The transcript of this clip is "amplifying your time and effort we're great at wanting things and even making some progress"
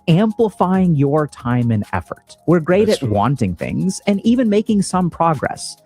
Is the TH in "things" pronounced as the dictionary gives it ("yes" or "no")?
yes